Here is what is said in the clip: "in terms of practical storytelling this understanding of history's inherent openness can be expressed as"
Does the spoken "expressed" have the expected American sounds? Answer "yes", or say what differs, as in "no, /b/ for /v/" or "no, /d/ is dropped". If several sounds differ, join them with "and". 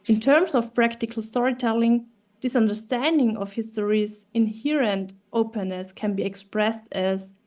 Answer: yes